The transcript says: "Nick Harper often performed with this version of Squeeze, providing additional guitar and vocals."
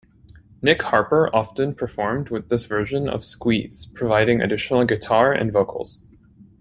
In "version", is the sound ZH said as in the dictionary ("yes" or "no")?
yes